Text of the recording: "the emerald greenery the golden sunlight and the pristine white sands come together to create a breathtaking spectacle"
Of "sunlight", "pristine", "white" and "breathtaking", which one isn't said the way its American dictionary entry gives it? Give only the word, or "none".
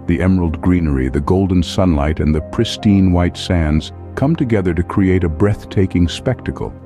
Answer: none